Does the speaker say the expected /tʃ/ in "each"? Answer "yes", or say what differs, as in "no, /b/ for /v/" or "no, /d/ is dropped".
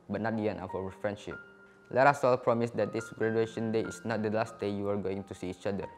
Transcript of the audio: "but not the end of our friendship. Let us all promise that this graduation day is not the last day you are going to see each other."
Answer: yes